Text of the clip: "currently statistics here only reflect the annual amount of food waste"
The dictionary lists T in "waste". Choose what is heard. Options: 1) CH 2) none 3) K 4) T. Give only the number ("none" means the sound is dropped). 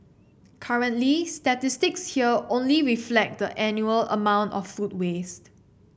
4